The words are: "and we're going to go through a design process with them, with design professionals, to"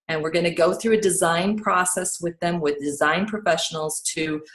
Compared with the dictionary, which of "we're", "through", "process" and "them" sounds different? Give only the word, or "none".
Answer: none